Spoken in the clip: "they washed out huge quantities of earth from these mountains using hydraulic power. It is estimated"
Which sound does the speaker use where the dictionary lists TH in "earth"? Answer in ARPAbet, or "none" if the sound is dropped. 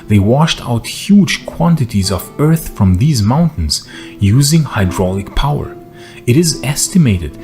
TH